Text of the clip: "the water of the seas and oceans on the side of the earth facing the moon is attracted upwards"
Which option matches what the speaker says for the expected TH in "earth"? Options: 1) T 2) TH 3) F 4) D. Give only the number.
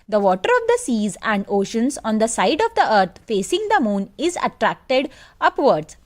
1